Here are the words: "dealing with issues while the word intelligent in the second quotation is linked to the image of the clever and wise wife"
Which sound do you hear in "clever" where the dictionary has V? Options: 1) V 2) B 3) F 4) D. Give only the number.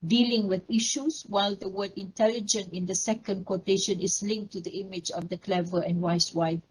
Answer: 1